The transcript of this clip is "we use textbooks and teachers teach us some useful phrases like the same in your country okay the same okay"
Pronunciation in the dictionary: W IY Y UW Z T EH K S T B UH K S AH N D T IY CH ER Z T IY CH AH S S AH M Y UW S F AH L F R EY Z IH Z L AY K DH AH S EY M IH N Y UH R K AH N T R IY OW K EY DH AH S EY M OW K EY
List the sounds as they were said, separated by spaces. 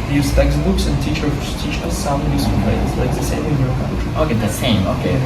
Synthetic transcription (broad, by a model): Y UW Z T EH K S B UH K S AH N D T IY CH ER T IY CH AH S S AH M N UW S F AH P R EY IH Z L AY K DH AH S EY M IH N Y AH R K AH T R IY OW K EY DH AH S EY M OW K EY